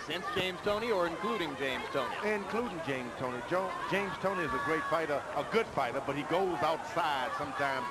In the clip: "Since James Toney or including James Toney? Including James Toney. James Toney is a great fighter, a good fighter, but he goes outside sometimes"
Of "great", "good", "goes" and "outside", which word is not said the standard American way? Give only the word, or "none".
none